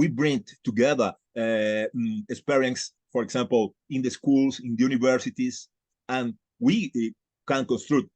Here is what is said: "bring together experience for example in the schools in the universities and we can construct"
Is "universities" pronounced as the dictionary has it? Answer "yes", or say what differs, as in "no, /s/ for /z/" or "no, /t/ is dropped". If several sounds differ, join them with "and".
no, /s/ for /z/